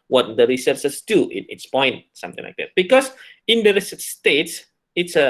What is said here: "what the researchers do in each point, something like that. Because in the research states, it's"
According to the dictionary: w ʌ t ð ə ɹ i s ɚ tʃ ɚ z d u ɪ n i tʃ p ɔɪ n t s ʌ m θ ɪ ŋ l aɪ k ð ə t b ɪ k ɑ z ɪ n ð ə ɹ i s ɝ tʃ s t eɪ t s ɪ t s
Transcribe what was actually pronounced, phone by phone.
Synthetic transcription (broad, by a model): w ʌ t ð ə ɹ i s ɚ s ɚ s d u ɪ n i s p ɔɪ n t s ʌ m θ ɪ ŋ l aɪ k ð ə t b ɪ k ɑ s ɪ n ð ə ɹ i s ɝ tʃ s t eɪ t s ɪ t s